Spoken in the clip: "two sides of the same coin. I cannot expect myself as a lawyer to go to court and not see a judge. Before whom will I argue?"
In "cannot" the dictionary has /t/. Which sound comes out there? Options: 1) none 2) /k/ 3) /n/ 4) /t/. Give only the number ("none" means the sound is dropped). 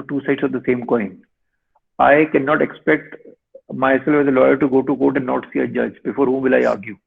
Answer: 4